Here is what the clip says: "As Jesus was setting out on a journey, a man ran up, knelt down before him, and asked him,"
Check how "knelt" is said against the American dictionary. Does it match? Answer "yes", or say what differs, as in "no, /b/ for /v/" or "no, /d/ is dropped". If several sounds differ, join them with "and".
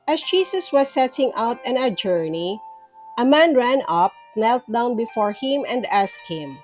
yes